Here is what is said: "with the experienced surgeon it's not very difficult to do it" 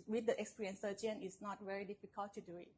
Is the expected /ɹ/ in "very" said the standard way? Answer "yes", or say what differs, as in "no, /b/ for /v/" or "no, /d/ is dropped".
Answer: yes